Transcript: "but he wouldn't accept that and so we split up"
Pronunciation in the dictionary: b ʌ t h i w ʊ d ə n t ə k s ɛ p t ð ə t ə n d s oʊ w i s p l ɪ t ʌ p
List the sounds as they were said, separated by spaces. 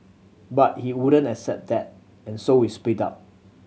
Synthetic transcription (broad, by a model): b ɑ t h i w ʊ d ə n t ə k s ɛ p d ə t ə n s oʊ w i s p ɪ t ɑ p